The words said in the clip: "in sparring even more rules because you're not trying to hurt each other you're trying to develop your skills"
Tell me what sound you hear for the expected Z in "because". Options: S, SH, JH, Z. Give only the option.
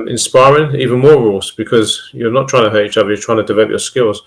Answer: Z